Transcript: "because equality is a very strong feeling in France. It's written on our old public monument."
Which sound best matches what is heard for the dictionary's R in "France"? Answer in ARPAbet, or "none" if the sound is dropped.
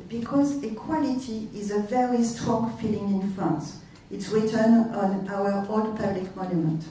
none